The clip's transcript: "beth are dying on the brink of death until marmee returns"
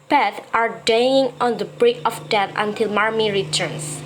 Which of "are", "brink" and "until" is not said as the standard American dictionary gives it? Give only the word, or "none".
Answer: brink